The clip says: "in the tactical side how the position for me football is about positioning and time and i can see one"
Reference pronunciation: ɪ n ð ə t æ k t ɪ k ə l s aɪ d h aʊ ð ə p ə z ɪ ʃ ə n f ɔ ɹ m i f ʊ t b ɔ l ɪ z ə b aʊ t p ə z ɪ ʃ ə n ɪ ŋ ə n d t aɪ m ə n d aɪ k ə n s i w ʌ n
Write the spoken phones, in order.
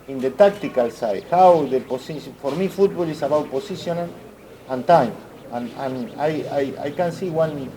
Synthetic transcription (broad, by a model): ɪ n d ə t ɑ k t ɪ k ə l s aɪ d h aʊ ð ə p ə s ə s f ɔ ɹ m i f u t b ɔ l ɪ s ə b aʊ t p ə s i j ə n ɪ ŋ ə n t aɪ m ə n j aɪ k ə n s i w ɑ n